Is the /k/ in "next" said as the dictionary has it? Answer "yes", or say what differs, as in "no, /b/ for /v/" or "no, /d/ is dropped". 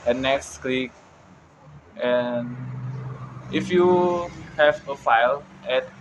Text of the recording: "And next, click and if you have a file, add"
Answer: yes